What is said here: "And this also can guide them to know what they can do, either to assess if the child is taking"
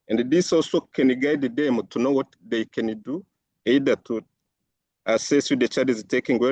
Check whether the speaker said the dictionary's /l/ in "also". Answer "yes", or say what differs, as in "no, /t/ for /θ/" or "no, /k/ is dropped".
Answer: yes